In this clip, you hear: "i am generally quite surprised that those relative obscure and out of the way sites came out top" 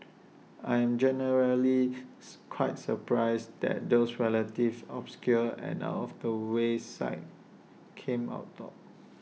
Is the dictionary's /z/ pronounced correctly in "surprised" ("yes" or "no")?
no